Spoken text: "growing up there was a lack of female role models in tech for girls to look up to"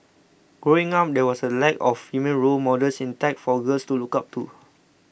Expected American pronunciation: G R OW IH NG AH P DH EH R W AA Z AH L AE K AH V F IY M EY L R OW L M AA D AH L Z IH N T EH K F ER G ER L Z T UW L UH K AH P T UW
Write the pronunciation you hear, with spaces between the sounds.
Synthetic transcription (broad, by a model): G R OW IH NG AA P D EH W AA S AH L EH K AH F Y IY M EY N R OW L M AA D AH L S IH N T EH K F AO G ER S T UW L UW K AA P T UW